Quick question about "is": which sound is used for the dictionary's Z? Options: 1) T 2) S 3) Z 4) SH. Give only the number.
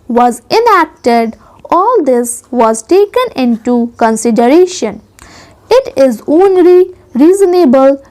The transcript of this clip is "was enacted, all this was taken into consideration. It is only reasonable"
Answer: 3